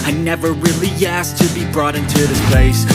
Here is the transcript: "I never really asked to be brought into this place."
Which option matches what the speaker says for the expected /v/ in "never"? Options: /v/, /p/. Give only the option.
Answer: /v/